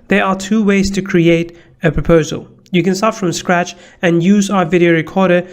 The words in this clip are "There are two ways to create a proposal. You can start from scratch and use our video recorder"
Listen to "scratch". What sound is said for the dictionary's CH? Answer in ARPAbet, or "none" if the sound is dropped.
CH